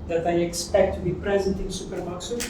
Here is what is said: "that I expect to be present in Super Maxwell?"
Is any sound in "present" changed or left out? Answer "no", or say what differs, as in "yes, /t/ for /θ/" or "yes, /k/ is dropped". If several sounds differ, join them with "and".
no